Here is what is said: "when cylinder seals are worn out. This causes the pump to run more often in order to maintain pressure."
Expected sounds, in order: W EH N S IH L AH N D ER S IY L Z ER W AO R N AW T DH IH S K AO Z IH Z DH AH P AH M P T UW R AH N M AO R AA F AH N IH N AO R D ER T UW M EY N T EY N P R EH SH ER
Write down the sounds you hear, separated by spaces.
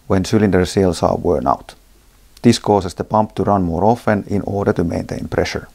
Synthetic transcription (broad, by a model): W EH N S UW L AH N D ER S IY L S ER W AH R N AW T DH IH S K AO S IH S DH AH P AH M P T UW R AH N M AO R AA F AH N IH N AO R D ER T UW M EY N T EY N P R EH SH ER